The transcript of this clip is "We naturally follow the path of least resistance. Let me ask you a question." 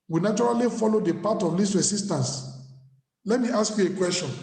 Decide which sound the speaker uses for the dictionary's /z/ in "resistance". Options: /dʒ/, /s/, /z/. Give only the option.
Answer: /s/